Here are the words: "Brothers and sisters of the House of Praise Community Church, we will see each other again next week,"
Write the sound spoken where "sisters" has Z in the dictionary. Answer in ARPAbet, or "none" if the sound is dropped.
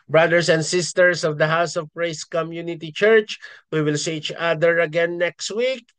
S